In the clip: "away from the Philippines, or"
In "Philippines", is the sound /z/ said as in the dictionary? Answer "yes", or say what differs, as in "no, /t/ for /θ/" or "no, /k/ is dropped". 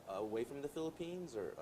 yes